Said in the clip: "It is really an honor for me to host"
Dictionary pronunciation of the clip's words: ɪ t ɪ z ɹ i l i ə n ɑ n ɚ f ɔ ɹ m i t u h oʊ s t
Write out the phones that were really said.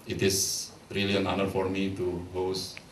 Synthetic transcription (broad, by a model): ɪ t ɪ s ɹ i l i ə n ɑ n ɚ f ɔ ɹ m i t u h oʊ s